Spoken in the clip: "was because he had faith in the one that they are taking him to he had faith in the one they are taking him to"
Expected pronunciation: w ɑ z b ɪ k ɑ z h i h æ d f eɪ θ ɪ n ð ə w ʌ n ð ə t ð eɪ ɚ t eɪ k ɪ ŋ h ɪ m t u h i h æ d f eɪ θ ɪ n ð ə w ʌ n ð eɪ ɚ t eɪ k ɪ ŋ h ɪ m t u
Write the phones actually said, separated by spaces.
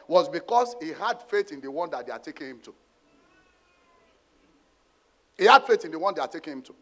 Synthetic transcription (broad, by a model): w ɑ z b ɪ k ɑ s h i h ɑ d f eɪ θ ɪ n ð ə w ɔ n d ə t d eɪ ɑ t eɪ k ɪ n h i m t u h i h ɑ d f eɪ t ɪ n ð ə w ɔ n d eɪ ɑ t eɪ k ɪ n h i m t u